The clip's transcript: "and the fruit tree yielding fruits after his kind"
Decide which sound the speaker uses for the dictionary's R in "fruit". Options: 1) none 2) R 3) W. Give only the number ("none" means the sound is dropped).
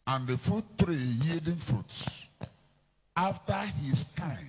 1